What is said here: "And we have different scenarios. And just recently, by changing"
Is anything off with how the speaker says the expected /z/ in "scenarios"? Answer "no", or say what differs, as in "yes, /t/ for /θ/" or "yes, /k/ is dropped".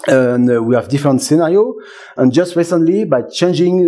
yes, /z/ is dropped